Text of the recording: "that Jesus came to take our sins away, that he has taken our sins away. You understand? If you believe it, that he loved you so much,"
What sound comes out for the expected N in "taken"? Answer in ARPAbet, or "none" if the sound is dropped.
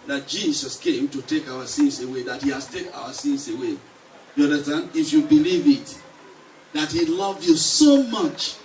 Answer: none